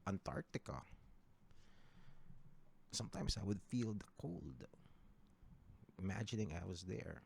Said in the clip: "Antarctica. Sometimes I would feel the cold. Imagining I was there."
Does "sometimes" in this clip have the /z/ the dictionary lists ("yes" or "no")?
no